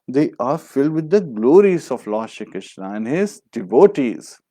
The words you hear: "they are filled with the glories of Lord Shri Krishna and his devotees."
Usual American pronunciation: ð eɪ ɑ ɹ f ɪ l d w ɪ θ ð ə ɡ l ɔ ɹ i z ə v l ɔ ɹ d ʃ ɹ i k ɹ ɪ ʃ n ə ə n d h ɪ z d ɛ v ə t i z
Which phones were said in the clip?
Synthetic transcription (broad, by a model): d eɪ ɑ ɹ f ɪ l d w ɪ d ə ɡ l ɔ ɹ i z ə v l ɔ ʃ i k ɹ ɪ ʃ n ə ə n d h ɪ z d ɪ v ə t i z